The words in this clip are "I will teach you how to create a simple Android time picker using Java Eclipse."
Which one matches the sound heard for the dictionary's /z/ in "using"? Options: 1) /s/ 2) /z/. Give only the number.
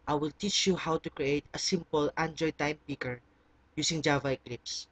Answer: 1